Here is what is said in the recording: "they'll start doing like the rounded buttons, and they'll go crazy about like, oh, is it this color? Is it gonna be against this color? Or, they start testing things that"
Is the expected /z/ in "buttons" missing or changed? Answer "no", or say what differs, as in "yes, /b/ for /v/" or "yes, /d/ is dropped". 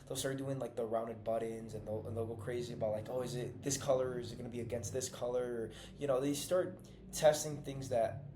no